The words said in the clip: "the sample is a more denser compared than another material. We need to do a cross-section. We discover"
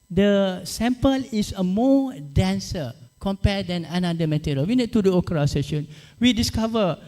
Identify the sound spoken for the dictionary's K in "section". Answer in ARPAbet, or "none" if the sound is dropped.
none